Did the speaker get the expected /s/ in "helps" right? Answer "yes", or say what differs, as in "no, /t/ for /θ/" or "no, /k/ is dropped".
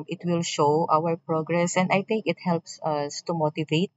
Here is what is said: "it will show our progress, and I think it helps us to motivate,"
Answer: yes